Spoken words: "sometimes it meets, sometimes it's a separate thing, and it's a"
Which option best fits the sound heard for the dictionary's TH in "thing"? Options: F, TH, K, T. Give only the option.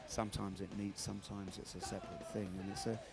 TH